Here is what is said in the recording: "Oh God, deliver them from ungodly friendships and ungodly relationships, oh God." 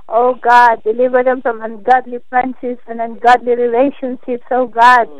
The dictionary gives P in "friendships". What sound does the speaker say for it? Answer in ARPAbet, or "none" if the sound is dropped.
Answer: none